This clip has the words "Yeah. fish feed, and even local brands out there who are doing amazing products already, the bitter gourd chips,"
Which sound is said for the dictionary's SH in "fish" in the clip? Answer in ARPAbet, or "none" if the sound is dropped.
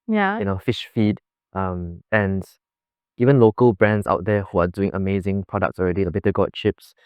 SH